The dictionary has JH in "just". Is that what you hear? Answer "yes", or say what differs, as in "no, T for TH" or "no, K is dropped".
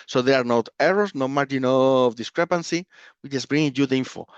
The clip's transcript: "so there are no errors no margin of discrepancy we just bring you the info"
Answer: no, CH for JH